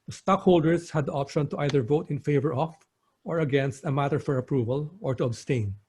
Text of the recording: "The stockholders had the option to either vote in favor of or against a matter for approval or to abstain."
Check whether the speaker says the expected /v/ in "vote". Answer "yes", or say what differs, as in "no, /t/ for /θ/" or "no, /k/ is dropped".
yes